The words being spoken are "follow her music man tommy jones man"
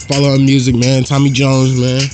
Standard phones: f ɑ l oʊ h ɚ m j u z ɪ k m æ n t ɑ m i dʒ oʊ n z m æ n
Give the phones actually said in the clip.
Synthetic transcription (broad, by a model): f ɑ l oʊ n m j u z ɪ k m æ n t ɑ m i dʒ oʊ n z m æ n